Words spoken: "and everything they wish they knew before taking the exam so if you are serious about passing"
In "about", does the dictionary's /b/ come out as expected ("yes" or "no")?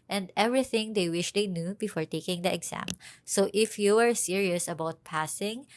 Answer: yes